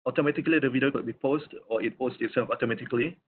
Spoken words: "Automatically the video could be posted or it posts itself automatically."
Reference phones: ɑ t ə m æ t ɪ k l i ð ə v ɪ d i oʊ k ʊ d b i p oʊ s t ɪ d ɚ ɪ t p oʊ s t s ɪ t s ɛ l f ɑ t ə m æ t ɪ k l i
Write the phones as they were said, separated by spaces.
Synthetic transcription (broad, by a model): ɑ t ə m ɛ t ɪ k l i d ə v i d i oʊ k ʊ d b i p oʊ s t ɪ ɪ t p oʊ s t ɪ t s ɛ f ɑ t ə m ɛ t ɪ k l i